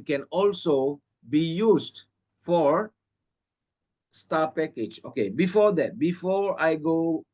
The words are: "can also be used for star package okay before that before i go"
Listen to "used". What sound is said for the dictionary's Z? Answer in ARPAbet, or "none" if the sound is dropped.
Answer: S